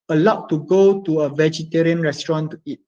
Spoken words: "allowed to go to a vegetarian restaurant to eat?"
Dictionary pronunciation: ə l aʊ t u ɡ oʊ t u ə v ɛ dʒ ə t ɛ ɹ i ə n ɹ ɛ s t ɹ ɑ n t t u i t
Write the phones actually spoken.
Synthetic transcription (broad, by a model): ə l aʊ t u ɡ oʊ t u ə v ɛ dʒ ə t ɛ ɹ i ə n ɹ ɛ s t ɹ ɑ n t t u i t